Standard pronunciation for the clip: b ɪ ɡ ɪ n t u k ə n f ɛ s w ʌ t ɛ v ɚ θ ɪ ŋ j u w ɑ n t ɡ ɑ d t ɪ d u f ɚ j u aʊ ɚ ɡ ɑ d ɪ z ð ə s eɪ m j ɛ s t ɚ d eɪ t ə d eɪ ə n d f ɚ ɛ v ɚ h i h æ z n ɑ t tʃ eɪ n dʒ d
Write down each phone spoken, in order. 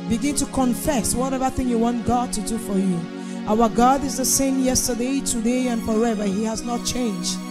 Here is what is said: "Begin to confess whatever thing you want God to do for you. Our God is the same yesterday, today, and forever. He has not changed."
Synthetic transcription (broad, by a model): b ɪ ɡ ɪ n t u k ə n f ɛ s w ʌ t ɛ v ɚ θ ɪ ŋ j u w ɑ n t ɡ ɑ d t ɪ d u f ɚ j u aʊ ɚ ɡ ɑ d ɪ z ð ə s eɪ m j ɛ s t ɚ d eɪ t ə d eɪ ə n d f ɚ ɛ v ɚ h i h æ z n ɑ t tʃ eɪ n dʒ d